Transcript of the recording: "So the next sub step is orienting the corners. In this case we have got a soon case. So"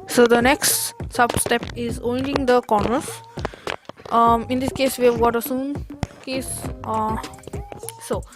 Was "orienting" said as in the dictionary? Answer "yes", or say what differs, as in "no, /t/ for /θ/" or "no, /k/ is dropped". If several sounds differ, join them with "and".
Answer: no, /ɹ/ is dropped